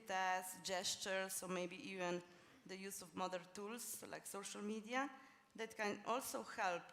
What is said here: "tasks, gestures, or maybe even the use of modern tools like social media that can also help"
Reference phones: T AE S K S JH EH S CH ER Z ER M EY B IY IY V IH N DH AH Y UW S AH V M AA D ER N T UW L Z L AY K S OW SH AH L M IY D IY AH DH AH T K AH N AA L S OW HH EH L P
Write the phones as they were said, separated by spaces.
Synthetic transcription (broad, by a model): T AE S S JH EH S CH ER S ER M EY B IY IY V IH N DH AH Y UW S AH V M AA D ER N T UW L S L AY K S OW SH AH L M IY D IY AH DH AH T K AH N AA L S OW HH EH L P